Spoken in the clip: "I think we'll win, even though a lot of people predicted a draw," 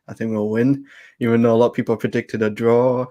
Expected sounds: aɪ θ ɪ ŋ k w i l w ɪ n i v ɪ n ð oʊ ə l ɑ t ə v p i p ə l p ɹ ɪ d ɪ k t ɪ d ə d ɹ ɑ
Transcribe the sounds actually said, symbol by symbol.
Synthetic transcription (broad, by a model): aɪ θ ɪ ŋ k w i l w ɪ n i v ɪ n oʊ ə l ɑ t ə p i p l p ɹ ɪ d ɪ k t ɪ d ə d ɹ ɑ